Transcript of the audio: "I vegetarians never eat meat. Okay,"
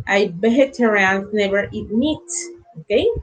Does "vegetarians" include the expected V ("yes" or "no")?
no